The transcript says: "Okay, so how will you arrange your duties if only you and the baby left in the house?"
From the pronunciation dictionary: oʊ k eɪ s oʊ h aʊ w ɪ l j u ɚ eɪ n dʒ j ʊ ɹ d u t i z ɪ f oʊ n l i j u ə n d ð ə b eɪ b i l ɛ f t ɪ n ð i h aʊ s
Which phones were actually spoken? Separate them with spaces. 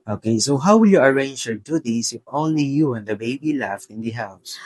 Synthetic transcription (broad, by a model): oʊ k eɪ s oʊ h aʊ w ɪ l j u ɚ eɪ n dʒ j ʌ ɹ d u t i s ɪ f oʊ n l i j u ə n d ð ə b eɪ b i l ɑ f ɪ n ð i h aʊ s